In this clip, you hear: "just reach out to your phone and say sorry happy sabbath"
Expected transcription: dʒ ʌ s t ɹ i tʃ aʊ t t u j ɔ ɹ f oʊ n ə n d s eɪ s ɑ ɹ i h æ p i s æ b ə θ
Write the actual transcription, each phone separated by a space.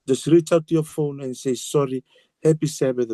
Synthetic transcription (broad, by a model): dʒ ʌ s t ɹ i tʃ aʊ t t u j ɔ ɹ f oʊ n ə n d s eɪ s ɑ ɹ i h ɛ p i s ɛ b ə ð